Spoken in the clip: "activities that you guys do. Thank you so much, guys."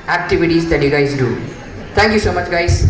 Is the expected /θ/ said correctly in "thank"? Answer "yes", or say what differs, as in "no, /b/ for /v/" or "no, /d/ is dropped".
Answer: no, /t/ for /θ/